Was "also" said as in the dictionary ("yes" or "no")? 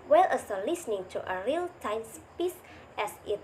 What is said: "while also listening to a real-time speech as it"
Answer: no